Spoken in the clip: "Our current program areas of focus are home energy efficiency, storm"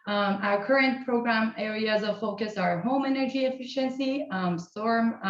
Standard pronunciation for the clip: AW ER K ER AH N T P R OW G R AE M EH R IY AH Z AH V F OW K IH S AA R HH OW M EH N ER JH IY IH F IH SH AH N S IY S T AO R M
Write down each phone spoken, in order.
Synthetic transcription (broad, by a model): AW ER K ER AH N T P R OW G R AE M EH R IY AH Z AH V F OW K IH S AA R HH OW M EH N ER JH IY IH F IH SH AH N S IY S T AO R M